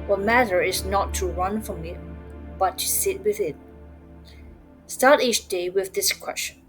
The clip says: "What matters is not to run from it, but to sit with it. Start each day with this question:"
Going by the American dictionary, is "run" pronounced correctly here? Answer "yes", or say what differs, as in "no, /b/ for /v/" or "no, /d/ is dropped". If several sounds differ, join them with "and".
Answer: yes